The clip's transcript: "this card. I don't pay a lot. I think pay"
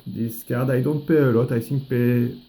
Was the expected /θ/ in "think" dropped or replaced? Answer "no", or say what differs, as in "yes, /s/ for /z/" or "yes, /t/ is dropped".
yes, /s/ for /θ/